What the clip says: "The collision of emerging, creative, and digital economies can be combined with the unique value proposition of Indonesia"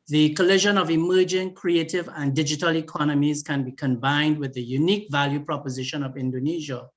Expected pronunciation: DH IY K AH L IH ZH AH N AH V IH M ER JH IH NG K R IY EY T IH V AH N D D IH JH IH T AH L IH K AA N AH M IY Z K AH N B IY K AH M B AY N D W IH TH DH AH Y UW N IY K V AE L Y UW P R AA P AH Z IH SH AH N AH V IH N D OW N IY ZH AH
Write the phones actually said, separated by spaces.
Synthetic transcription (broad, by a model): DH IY K AH L IH ZH AH N AH V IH M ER JH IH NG K R IY EY T IH V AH N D D IH JH IH T AH L IH K AA N AH M IY Z K AH N B IY K AH M B AY N D W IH DH AH Y UW N IY K V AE L Y UW P R AA P AH Z IH SH AH N AH V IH N D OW N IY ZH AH